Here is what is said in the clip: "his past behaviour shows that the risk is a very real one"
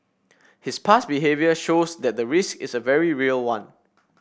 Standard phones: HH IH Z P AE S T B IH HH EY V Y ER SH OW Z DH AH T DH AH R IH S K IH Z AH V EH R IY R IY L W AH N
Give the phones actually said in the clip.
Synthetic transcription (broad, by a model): HH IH S P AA S B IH HH EY V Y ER SH OW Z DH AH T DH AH R IH S K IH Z AH V EH R IY R IY L W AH N